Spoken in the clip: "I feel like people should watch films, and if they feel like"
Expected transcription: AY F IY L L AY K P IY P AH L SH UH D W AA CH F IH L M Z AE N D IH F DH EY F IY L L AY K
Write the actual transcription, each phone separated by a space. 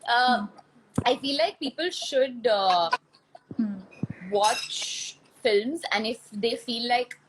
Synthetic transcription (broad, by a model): AY F IY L L AY K P IY P AH L SH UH D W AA CH F IH L M Z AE N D IH F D EY F IY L L AY K